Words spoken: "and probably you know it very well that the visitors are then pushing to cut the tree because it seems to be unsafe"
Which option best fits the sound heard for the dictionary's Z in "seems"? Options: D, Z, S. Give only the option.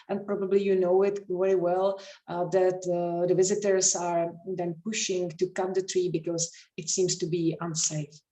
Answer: S